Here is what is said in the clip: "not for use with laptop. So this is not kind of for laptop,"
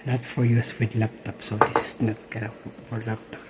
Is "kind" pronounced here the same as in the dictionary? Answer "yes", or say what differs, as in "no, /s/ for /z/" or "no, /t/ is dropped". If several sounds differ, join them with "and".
no, /n/ is dropped